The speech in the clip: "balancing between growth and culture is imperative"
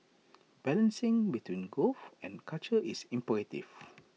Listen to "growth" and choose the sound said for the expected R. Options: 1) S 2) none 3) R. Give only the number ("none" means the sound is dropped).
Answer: 2